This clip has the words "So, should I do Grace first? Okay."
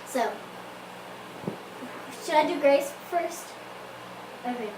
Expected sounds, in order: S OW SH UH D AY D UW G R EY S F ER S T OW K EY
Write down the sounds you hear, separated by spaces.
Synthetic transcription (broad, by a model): S OW SH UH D AY D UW G R EY S F ER S T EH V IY